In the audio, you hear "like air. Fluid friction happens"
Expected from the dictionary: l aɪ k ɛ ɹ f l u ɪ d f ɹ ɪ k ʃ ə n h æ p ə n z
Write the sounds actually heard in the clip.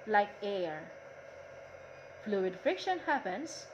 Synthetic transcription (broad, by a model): l aɪ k ɛ ɹ f l u ɪ d f ɪ k ʃ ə n h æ p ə n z